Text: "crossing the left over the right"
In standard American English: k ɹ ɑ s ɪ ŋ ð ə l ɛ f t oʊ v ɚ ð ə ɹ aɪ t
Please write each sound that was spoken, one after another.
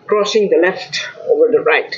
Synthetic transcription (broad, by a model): k ɹ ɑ s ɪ ŋ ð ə l ɛ f t oʊ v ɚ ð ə ɹ aɪ t